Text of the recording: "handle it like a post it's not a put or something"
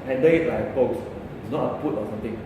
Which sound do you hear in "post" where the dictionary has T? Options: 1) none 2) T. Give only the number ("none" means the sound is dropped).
1